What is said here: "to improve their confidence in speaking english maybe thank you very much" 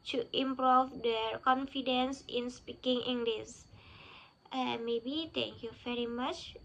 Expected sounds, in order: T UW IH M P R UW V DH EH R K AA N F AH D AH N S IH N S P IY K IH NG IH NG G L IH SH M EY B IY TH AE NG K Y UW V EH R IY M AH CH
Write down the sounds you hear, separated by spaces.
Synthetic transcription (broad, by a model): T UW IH M P R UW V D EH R K AA N F AH D AH N S IH N S P IY K IH NG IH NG G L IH S M EY B IY T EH NG K Y UW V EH R IY M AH CH